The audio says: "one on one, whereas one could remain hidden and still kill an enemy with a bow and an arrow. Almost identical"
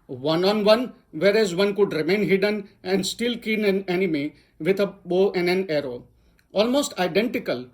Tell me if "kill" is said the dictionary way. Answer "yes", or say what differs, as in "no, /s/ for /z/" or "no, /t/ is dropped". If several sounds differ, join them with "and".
no, /n/ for /l/